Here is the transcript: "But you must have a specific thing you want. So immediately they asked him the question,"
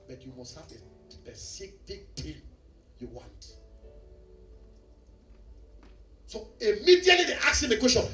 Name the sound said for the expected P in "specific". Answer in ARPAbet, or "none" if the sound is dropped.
none